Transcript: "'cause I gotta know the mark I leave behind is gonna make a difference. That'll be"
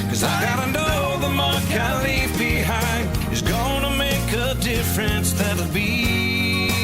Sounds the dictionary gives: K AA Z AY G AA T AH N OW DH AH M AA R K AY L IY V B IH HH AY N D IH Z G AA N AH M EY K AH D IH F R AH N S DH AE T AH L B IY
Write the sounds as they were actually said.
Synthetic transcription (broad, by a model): K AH Z AY G AA T AH N OW DH AH M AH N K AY L IY V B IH HH AY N IH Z G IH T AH M EY K AH D IH F R AH N S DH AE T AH B IY